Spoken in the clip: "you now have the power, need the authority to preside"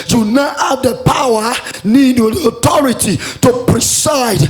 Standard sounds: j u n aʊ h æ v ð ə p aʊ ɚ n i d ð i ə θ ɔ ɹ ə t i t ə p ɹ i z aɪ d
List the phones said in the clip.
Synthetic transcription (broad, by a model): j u n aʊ h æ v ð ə p aʊ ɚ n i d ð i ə t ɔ ɹ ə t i t ə p ɹ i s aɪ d